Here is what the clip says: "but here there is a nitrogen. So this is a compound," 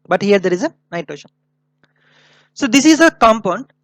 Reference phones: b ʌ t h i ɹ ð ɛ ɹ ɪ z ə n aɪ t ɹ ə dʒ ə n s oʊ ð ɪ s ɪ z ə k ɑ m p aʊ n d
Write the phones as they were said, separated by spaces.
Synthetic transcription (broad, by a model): b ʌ t h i ɹ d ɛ ɹ ɪ z ə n aɪ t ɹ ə ʃ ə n s oʊ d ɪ s ɪ z ə k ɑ m p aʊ n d